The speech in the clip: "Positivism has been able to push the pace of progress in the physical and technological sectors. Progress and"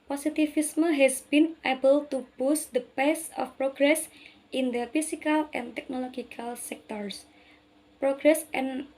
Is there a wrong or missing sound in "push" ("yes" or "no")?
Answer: yes